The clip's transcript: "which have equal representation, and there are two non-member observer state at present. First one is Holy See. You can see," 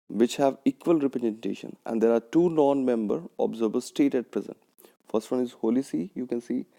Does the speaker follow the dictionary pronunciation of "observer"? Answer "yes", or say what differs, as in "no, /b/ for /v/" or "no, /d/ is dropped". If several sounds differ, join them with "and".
no, /b/ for /v/